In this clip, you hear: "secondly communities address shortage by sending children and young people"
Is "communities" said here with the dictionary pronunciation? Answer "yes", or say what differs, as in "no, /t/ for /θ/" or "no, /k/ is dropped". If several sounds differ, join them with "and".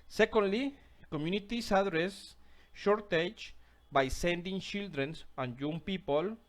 no, /s/ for /z/